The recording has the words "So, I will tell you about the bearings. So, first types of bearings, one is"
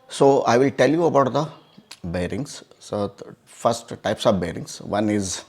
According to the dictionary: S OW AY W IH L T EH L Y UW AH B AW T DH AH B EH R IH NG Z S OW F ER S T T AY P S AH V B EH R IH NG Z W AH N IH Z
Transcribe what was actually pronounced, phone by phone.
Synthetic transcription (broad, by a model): S OW AY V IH L T EH L Y UW AH B AW T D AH B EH R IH NG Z S OW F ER S T T AY P S AH V B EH R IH NG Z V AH N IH Z